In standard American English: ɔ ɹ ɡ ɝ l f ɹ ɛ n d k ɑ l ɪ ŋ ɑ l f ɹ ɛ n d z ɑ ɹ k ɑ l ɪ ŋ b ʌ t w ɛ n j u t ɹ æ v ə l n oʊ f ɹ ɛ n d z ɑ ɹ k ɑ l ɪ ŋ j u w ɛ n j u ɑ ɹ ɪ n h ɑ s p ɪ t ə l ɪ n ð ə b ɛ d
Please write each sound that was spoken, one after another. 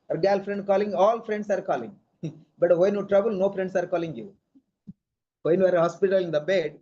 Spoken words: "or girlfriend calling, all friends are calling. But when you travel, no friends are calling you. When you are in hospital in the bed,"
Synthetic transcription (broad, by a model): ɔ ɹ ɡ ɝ l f ɹ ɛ n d k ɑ l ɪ ŋ ɑ l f ɹ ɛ n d s ɑ ɹ k ɑ l ɪ ŋ b ʌ t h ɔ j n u t ɹ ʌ b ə l n oʊ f ɹ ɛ n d s ɑ ɹ k ɑ l ɪ ŋ j u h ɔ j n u ɑ ɹ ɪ h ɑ s p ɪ t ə l ɪ n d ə b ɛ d